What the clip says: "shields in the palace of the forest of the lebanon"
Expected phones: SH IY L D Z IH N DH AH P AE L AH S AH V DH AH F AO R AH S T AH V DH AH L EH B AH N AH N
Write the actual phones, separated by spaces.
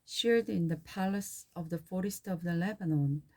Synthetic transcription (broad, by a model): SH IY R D IH N DH AH P AE L AH S AH V DH AH F AO R AH S T AH V DH AH L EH B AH N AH N